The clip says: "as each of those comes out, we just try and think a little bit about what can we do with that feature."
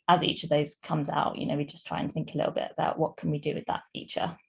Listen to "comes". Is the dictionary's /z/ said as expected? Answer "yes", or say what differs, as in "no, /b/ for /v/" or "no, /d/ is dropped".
yes